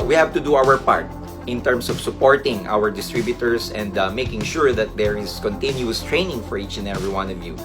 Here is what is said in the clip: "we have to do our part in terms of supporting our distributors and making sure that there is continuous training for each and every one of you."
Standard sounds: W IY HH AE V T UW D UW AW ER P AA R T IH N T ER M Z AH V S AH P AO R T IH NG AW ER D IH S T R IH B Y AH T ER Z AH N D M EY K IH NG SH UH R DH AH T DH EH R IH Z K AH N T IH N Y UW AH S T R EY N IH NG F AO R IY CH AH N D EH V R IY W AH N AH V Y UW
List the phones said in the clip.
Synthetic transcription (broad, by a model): W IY HH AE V T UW D UW AW ER P AA R T IH N T ER M S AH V S AH P AO R T IH NG AW ER D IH S T R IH B Y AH T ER S AH N D M EY K IH NG SH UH R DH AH T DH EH R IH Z K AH N T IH N Y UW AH S T R EY N IH NG F AO R IY CH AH N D EH V R IY W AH N AH V Y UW